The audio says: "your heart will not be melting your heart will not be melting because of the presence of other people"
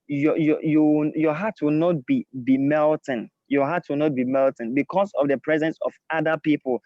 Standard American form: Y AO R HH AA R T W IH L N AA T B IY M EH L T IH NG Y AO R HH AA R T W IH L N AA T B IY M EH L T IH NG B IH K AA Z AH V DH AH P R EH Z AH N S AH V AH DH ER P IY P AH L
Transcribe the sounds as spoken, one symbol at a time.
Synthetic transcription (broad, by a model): Y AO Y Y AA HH T W IH L N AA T B IY M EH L T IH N Y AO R HH AA T W IH L N AA T B IY M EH L T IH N B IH K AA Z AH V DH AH P R EH Z AH N S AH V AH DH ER P IY P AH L